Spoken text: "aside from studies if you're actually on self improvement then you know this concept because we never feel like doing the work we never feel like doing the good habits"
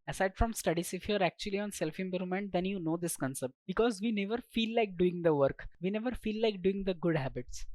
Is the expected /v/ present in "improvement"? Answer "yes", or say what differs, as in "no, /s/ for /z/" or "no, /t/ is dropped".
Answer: no, /v/ is dropped